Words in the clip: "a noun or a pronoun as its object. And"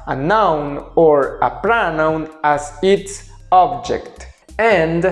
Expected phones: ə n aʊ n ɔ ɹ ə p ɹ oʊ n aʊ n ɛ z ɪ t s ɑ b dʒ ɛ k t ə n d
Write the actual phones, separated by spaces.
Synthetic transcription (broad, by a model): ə n aʊ n ɔ ɹ ə p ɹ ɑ n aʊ n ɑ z ɪ t s ɑ b dʒ ɛ k t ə n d